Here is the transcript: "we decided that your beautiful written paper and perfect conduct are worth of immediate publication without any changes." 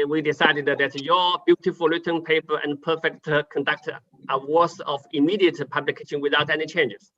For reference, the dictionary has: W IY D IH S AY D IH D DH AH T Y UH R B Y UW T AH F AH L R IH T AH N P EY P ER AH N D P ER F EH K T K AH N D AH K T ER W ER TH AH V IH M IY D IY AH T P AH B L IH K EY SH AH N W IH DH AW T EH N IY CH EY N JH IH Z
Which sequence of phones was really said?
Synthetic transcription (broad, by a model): W IY D IH S AY D IH D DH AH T Y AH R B Y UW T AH F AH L L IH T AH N P EY P ER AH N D P ER F EH K T K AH N D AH K T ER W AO S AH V IH M IY D IY AH T P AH B L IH K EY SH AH N W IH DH AW T EH N IY CH EY N JH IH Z